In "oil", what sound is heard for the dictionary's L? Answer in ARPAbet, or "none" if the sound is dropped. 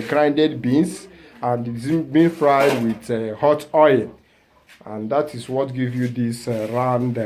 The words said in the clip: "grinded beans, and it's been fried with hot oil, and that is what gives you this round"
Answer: N